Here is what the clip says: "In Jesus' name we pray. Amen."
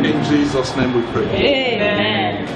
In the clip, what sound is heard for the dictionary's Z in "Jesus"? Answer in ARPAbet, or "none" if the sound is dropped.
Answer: Z